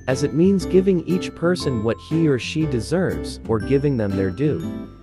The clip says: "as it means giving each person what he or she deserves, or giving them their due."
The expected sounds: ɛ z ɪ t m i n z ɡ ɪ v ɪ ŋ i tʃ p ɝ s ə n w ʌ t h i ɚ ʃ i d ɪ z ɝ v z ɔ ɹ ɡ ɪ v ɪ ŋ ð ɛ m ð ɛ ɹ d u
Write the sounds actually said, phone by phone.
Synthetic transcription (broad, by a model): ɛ z ɪ t m i n z ɡ ɪ v ɪ ŋ i tʃ p ɝ s ə n w ʌ t h i ɚ ʃ i d ɪ z ɝ v z ɔ ɹ ɡ ɪ v ɪ ŋ ð ɛ m ð ɛ ɹ d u